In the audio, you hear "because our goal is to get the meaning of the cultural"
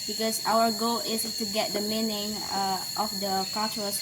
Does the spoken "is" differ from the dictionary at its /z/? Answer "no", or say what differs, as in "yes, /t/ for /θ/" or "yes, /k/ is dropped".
yes, /s/ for /z/